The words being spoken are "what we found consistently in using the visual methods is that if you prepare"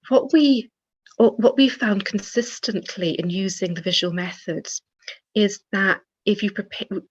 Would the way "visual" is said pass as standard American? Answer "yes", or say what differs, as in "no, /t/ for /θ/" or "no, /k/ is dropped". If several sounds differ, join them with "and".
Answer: yes